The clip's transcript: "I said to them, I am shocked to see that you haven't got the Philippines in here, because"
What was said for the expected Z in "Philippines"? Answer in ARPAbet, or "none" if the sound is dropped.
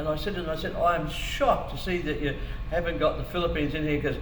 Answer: Z